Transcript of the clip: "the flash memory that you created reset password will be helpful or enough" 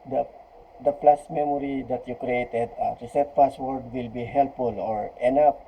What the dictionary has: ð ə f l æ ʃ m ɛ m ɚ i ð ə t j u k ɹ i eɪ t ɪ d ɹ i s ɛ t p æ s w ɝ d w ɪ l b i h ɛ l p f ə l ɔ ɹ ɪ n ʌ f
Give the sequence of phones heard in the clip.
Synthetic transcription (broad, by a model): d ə p l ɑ s m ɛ m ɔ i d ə t j u k ɹ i eɪ t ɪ d ɹ i s ɛ t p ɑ s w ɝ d w ɪ l b i h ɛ l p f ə l ɔ ɹ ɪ n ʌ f